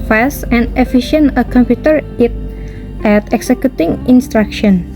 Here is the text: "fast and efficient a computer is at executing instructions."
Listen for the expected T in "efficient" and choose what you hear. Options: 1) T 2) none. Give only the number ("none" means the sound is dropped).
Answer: 2